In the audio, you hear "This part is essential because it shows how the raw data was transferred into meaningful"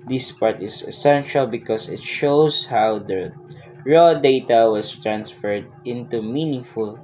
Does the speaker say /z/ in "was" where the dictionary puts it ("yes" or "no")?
no